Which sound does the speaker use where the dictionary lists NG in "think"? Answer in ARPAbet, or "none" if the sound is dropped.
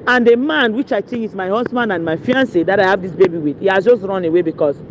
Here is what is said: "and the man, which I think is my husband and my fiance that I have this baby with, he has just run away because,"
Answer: none